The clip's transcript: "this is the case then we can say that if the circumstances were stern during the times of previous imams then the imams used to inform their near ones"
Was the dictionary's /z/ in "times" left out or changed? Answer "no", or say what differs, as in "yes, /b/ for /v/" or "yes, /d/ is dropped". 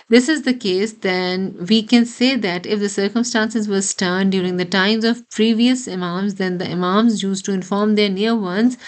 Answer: no